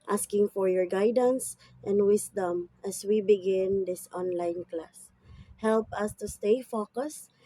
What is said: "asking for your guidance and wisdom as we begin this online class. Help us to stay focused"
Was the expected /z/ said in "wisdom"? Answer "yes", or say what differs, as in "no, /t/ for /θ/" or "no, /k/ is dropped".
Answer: no, /s/ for /z/